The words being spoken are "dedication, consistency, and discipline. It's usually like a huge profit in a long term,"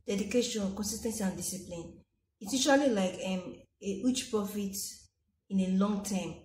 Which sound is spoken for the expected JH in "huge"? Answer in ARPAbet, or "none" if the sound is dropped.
CH